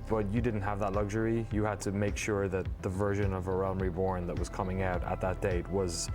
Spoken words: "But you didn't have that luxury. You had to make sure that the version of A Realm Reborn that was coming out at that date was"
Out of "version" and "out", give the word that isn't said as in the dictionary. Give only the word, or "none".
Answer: none